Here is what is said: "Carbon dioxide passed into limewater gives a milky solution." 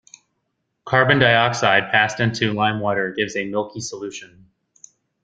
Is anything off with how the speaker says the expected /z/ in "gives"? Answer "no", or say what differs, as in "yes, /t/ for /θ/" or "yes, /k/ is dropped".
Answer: no